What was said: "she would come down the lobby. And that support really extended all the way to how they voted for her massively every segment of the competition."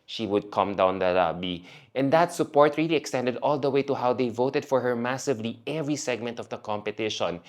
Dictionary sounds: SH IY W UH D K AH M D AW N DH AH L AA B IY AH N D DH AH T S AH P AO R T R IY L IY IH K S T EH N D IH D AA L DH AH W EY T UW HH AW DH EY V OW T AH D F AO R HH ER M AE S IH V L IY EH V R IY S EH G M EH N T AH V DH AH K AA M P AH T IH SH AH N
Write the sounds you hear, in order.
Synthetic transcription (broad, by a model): SH IY W UH D K AH M D AW N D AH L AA B IY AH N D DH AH T S AH P AO R T R IY L IY IH K S T EH N D IH D AA L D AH W EY T UW HH AW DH EY V OW T AH D F AO R HH ER M AE S IH V L IY EH V R IY S EH G M EH N T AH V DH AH K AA M P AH T IH SH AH N